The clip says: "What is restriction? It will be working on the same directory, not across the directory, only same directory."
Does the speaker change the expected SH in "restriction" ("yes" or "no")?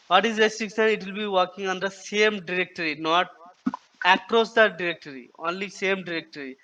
yes